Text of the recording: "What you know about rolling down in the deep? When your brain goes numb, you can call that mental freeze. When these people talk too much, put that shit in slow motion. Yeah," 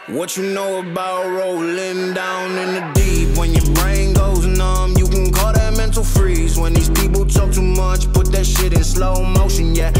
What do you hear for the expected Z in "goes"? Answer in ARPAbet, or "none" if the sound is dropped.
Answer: Z